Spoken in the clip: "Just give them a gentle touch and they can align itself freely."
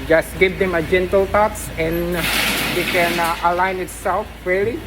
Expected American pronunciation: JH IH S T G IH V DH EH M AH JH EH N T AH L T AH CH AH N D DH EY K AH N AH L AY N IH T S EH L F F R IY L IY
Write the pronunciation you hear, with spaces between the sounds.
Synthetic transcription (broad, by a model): JH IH S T G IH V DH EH M AH JH EH N T AH L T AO S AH N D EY K AH N AH L AY N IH T S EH L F F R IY L IY